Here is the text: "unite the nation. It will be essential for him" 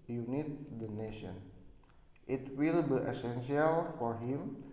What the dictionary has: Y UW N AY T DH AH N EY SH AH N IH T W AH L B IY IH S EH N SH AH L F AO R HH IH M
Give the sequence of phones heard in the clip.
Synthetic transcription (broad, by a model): Y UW N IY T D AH N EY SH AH N IH T W AH L B IY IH S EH N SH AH L F AO R HH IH M